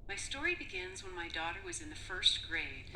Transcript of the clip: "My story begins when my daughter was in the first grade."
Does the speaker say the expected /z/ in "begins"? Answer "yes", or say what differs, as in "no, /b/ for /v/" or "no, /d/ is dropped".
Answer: yes